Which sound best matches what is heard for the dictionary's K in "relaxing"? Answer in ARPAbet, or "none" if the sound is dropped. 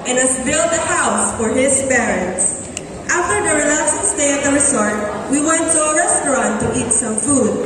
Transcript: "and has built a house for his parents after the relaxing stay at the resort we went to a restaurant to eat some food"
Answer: none